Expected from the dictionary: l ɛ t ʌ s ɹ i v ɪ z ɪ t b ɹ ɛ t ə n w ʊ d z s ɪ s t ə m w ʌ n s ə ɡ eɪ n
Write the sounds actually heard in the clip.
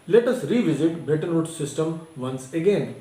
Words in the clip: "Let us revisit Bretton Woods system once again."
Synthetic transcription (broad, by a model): l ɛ t ʌ s ɹ i v ɪ z ɪ t b ɛ t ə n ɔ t s ɪ s t ə m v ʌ n s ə ɡ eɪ n